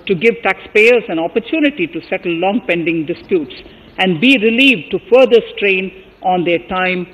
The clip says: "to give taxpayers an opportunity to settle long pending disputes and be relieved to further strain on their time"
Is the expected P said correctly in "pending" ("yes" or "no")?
yes